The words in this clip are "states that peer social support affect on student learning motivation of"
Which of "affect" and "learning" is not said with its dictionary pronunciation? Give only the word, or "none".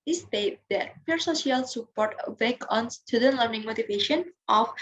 affect